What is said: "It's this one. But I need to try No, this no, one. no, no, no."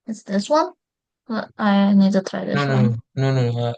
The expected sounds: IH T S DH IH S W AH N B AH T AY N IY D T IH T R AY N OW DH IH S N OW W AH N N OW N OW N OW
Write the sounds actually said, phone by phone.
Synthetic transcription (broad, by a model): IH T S DH IH S W AH N B AH T AY N IY D T IH T AY DH IH S W AH N N OW N OW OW